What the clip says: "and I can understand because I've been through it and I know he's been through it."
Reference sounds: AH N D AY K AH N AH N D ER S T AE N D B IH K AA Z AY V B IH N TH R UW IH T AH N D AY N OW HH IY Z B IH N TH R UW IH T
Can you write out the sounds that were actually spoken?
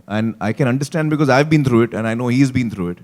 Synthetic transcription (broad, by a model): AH N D AY K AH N AH N D ER S T AE N D B IH K AA Z AY V B IH N T R UW IH T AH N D AY N OW HH IY Z B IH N T R UW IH T